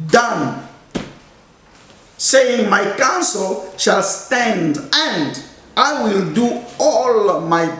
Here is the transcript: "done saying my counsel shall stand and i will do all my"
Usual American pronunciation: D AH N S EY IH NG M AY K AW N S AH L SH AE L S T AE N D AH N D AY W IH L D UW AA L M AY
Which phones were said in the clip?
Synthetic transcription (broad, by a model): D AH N S EY IH NG M AY K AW N S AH L SH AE L S T AE N D AH N D AY W IH L D UW AA L M AY